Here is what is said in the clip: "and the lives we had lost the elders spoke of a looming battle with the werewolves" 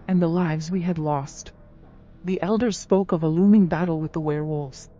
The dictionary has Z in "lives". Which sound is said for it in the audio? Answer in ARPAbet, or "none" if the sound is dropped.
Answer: Z